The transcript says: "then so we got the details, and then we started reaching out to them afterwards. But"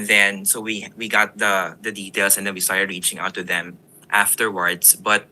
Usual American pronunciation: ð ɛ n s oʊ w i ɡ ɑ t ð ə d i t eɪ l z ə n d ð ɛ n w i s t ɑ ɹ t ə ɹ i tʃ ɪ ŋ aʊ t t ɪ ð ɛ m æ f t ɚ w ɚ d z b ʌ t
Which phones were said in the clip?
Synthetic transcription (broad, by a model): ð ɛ n s oʊ w i ɡ ɑ t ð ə d i t eɪ l s ə n d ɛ n w i s t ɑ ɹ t ɹ i tʃ ɪ ŋ aʊ t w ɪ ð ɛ m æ f t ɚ w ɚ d s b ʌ t